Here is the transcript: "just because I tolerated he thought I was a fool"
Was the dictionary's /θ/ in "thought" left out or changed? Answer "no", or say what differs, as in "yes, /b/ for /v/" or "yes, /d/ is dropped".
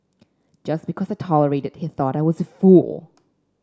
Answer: no